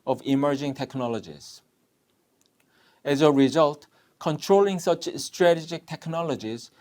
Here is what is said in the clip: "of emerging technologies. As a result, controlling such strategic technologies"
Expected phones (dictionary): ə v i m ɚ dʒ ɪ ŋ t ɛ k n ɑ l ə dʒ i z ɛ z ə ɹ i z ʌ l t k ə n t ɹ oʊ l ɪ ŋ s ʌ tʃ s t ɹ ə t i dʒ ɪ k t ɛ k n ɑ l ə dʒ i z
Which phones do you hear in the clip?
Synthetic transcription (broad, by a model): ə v i m ɚ dʒ ɪ ŋ t ɛ k n ɑ l ə dʒ i z ɛ z ə ɹ i z ʌ l t k ə n t ɹ oʊ l ɪ ŋ s ʌ tʃ s t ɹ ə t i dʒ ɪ k t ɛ k n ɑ l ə dʒ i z